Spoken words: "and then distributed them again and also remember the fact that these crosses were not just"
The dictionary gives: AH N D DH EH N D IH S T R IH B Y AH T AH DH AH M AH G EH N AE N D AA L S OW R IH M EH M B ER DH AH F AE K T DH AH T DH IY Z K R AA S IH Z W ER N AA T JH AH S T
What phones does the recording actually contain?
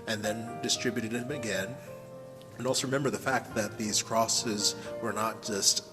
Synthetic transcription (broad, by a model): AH N DH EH N D IH S T R IH B Y AH T AH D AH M AH G EH N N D AA L S OW R IH M EH M B ER DH AH F AE K T DH AH T DH IY Z K R AA S IH Z W ER N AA T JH AH S T